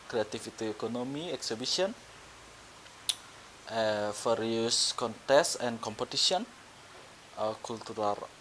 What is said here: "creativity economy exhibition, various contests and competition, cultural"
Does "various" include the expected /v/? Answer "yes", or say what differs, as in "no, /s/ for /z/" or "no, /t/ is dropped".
no, /f/ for /v/